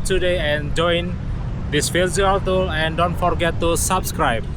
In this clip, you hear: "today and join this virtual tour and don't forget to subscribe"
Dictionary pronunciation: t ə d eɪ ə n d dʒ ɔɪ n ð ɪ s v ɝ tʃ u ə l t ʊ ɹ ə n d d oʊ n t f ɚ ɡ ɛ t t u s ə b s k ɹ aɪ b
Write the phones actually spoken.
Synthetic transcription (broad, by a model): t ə d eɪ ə n dʒ ɔɪ n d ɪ s f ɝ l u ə l t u l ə n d d oʊ n t f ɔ ɡ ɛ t t u s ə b s k ɹ aɪ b